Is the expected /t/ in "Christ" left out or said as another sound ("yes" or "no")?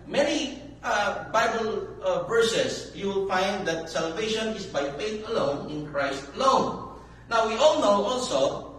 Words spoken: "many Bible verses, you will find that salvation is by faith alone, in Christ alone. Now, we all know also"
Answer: no